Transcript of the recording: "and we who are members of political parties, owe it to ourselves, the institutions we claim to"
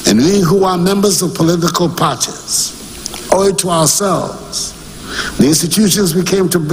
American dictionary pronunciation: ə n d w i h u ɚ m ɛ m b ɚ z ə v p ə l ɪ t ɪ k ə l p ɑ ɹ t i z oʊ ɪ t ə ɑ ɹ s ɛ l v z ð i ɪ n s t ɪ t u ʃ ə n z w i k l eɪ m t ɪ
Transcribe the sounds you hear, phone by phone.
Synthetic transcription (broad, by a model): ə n w i h u ɚ m ɛ m b ɚ z ə v p ə l ɪ t ɪ k ə l p ɑ ɹ t i z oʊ ɪ t ə ɑ ɹ s ɛ l v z ð i ɪ n s t ɪ t u ʃ ə n z w i k eɪ m t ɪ